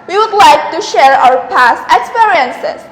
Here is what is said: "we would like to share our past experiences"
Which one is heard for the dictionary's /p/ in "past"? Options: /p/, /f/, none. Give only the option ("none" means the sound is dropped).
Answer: /p/